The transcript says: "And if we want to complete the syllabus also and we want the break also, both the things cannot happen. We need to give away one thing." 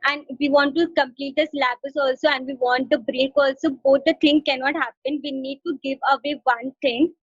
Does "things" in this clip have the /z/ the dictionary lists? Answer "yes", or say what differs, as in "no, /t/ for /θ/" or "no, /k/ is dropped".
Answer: no, /z/ is dropped